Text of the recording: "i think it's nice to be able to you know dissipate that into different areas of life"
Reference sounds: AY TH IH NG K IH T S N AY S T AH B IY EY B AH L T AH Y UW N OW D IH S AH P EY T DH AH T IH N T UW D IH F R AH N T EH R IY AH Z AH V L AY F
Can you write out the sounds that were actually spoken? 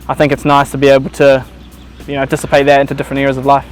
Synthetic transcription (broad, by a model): AY TH IH NG K IH T S N AY S T AH B IY EY B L T AH Y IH N OW D IH S AH P EY T DH AH T IH N T UW D IH F R AH N T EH R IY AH Z AH V L AY F